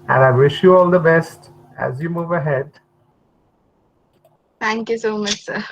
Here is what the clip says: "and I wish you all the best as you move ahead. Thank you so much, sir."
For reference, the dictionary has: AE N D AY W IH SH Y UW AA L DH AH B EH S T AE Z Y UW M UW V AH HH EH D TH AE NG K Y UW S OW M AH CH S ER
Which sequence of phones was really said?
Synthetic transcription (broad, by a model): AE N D AY W IH SH Y UW AA L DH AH B EH S T AE Z Y UW M UW V AH HH EH D T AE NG K Y UW S OW M AH CH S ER